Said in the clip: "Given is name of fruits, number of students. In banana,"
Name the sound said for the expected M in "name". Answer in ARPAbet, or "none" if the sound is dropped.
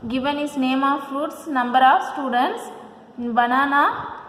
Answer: M